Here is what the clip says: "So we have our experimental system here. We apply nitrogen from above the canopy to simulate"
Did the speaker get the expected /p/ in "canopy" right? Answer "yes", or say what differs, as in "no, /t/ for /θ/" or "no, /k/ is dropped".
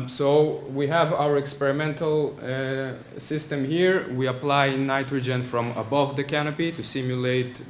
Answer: yes